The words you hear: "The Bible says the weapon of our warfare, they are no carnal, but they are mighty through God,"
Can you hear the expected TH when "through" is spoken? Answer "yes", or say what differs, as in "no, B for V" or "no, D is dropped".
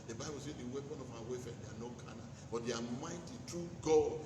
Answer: no, T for TH